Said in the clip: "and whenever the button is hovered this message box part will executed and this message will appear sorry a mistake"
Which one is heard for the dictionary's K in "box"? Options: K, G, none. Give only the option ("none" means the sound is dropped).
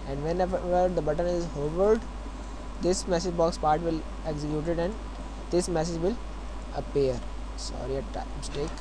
K